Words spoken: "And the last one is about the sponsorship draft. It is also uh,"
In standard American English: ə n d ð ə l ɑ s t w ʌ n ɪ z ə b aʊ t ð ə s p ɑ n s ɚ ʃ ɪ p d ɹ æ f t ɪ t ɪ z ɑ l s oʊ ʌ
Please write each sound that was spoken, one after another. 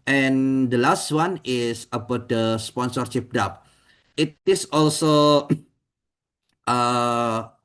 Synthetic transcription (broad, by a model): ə n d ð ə l ɑ s t w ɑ n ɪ s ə b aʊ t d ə s p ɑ n s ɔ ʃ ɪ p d ɑ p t ɪ t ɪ s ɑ l s oʊ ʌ